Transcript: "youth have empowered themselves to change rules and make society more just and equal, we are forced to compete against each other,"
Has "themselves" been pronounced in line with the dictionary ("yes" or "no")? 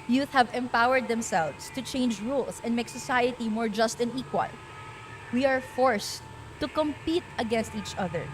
no